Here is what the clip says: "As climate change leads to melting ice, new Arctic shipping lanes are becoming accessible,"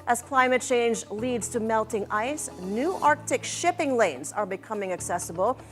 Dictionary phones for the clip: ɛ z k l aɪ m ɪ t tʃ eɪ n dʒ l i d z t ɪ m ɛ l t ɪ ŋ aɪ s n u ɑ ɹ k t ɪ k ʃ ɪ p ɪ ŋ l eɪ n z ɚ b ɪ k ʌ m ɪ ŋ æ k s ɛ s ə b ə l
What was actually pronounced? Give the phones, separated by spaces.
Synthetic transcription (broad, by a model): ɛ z k l aɪ m ɪ t tʃ eɪ n dʒ l i d z t ɪ m ɛ l t ɪ ŋ aɪ s n u ɑ ɹ k t ɪ k ʃ ɪ p ɪ ŋ l eɪ n z ɚ b ɪ k ʌ m ɪ ŋ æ k s ɛ s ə b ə l